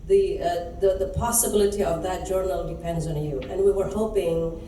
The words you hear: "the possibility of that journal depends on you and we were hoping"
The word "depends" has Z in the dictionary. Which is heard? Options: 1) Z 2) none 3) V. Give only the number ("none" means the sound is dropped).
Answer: 1